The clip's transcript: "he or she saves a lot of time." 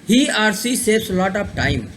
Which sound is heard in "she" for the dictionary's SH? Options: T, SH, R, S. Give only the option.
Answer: S